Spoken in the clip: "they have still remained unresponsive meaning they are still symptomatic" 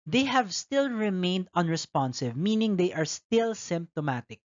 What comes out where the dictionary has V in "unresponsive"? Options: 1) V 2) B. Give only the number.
1